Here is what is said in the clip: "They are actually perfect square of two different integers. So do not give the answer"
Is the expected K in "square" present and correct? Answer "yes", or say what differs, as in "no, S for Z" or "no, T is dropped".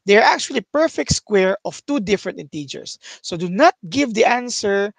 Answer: yes